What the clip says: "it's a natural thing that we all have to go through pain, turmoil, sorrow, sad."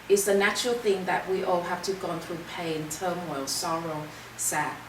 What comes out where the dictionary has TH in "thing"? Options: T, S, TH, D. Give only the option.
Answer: TH